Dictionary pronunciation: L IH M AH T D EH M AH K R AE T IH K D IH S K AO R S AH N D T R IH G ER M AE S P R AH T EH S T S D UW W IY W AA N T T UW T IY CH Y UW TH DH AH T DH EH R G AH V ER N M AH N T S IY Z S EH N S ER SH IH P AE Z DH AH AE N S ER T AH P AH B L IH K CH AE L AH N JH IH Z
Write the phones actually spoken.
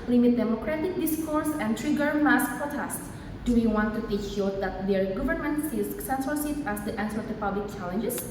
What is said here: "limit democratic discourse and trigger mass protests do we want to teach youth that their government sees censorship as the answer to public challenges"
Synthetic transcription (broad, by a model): L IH M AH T D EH M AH K R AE T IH K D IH S K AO R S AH N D T R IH G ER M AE S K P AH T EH S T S D UW W IY W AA N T T UW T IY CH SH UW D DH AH T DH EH R G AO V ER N M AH N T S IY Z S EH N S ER S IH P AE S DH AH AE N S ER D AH P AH B L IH K CH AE L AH N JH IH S